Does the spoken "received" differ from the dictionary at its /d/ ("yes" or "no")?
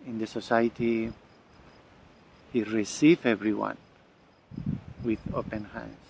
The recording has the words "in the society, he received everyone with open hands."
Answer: yes